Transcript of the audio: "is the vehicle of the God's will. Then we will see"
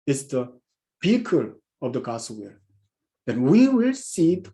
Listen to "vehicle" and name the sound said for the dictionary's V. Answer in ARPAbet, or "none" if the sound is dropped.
P